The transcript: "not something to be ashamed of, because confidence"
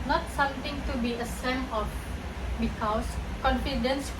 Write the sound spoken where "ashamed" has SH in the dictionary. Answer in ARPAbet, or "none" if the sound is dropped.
S